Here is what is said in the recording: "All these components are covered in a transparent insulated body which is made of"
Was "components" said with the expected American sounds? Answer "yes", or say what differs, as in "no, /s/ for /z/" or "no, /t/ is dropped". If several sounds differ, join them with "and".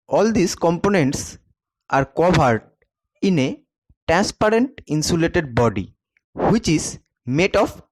yes